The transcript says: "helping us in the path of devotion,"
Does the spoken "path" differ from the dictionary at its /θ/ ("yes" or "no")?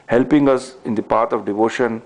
yes